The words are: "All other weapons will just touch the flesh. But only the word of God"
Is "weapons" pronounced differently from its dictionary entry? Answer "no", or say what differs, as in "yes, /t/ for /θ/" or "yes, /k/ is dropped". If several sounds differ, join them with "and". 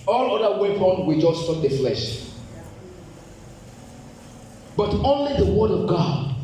yes, /z/ is dropped